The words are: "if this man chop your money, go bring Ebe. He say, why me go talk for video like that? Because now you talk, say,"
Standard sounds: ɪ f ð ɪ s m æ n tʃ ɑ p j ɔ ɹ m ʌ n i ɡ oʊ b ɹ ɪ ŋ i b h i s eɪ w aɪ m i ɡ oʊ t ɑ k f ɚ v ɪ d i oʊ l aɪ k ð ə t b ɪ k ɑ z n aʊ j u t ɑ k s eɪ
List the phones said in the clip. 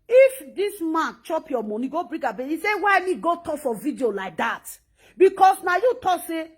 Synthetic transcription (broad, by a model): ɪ f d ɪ s m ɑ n tʃ ɑ p j ɔ m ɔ n i ɡ oʊ b ɹ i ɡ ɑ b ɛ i s eɪ w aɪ m i ɡ oʊ t ɑ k f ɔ v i d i oʊ l aɪ k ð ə t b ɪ k ɑ s n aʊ j u t ɑ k s eɪ